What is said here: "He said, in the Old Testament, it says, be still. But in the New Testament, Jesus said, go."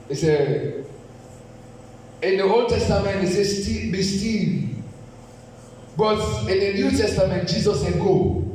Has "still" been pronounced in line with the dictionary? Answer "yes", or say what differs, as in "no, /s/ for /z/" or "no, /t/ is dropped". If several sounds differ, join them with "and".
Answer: no, /n/ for /l/